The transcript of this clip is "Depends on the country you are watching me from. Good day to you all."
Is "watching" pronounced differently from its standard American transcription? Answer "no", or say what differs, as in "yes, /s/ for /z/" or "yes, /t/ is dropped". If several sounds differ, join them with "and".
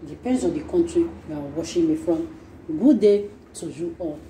yes, /ʃ/ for /tʃ/